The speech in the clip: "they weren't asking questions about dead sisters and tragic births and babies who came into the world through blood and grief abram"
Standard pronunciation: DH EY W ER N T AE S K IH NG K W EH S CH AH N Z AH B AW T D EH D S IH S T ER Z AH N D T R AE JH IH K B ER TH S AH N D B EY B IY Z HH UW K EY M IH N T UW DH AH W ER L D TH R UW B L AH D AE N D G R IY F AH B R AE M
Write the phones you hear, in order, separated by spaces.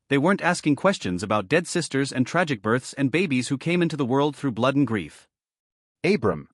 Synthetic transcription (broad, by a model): DH EY W ER N T AE S K IH NG K W EH S CH AH N Z AH B AW T D EH D S IH S T ER Z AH N T R AE JH IH K B ER TH S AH N B EY B IY Z HH UW K EY M IH N T UW DH AH W ER L D TH R UW B L AH D N G R IY F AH B R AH M